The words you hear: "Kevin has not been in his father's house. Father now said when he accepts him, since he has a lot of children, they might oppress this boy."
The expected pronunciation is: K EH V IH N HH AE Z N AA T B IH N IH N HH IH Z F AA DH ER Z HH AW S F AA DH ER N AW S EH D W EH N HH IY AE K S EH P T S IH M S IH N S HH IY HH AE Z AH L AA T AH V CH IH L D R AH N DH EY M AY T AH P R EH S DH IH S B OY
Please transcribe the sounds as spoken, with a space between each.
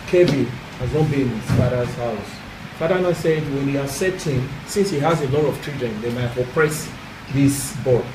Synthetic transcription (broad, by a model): K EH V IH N HH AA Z N AA T B IH N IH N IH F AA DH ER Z HH AW S F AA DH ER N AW S EH D W EH N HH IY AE S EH T IH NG S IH N S HH IY HH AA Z AH L AA T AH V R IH D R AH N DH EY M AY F AH P R EH S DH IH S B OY